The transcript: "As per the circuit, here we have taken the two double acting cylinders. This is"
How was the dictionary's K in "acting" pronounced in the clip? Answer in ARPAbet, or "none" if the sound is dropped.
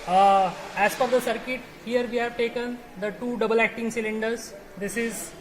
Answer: K